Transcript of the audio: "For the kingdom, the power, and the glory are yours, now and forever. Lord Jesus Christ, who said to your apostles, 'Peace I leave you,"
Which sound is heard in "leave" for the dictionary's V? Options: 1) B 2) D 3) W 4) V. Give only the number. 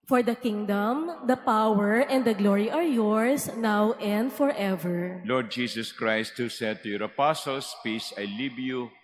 1